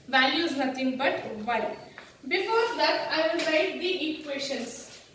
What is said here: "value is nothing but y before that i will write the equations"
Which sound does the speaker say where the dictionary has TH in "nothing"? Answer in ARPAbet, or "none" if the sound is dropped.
T